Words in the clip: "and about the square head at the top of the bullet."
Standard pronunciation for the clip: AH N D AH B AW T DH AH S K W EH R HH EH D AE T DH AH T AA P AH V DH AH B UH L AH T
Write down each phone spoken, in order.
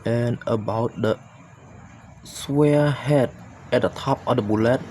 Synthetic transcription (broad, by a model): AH N AH B AW T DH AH S W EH HH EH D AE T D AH T AA P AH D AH B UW L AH T